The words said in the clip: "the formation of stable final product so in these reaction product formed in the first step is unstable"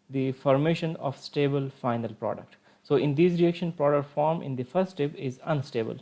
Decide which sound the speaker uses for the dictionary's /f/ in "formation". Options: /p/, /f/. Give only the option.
/f/